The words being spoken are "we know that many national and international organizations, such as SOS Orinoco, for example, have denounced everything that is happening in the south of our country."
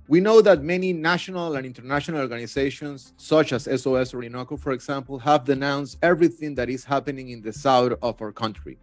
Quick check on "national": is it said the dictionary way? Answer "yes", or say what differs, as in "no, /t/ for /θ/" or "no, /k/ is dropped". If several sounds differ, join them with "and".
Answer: yes